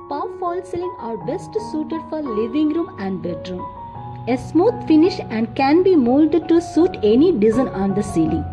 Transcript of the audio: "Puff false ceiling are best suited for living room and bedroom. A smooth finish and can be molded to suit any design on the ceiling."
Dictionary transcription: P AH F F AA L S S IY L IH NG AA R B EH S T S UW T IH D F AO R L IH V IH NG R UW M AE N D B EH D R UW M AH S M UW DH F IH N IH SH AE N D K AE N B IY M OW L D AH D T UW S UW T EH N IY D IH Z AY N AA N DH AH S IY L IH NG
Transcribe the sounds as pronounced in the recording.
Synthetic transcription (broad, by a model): P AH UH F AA L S S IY L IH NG AA R B EH S T S UW T IH D F AO R L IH V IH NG R UW M AE N D B EH D R UW M AH S M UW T F IH N IH SH AE N D K AE N B IY M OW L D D T UW S UW T EH N IY D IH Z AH N AA N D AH S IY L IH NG